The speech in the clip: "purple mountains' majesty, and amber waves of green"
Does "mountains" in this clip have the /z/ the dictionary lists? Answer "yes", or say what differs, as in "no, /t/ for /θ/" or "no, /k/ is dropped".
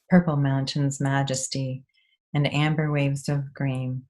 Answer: yes